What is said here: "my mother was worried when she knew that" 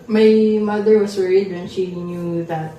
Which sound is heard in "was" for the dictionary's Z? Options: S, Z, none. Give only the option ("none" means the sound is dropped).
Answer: S